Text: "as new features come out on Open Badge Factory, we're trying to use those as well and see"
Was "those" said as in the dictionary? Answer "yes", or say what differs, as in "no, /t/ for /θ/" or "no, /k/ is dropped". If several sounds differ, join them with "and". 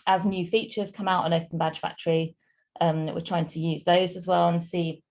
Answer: yes